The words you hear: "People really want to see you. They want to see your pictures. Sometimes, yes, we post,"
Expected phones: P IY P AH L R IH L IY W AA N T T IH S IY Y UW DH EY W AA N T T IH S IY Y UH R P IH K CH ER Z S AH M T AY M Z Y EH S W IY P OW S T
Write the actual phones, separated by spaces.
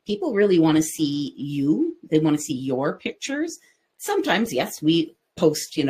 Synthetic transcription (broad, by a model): P IY P L R IH L IY W AA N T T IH S IY Y UW DH EY W AA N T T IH S IY Y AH R P IH K CH ER Z S AH M T AY M Z Y EH S W IY P OW S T